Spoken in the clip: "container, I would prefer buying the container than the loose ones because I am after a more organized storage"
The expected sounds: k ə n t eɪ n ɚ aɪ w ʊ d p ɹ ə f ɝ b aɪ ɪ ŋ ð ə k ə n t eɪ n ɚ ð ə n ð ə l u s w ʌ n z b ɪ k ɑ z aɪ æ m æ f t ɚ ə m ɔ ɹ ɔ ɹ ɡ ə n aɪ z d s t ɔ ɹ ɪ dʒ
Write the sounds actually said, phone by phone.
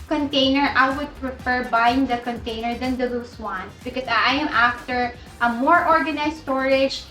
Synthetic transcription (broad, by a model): k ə n t eɪ n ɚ aɪ w ʊ d p ɹ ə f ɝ b aɪ ɪ ŋ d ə k ə n t eɪ n ɚ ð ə n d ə l u s w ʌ n s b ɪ k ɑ s aɪ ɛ m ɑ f t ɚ ə m ɔ ɹ ɔ ɹ ɡ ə n aɪ s t ɔ ɹ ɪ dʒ